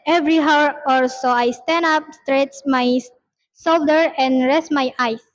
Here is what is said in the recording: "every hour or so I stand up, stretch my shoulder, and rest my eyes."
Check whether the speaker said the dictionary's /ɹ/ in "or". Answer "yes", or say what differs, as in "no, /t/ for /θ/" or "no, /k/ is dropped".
no, /l/ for /ɹ/